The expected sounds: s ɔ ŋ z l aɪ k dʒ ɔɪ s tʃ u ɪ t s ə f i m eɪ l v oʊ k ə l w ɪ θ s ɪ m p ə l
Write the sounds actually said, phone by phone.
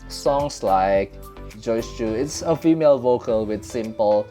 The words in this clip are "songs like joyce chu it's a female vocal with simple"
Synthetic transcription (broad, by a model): s ɔ ŋ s l aɪ k dʒ ɔɪ s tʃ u ɪ t s ə f i m eɪ l v oʊ k ə l w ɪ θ s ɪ m p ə l